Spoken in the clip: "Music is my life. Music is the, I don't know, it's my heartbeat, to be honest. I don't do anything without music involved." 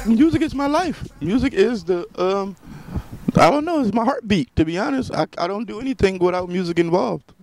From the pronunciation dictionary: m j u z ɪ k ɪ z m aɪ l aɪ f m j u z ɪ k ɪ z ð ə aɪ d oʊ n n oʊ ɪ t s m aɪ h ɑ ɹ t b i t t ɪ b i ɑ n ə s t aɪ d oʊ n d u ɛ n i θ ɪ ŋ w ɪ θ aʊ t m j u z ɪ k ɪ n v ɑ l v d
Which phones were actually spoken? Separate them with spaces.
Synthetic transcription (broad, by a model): m j u z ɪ k ɪ z m aɪ l aɪ f m j u z ɪ k ɪ z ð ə aɪ d oʊ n n oʊ ɪ t s m aɪ h ɑ ɹ t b i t t ɪ b i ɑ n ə s t aɪ d oʊ n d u ɛ n i θ ɪ ŋ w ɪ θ aʊ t m j u z ɪ k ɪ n v ɑ l v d